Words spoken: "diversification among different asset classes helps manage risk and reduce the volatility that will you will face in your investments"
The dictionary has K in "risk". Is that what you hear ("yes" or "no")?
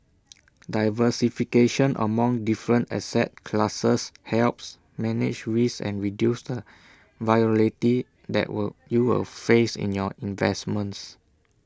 no